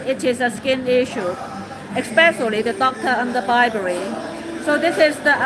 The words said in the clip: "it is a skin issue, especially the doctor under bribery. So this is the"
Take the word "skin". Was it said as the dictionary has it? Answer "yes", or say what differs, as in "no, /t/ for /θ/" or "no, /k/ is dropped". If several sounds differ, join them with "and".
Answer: yes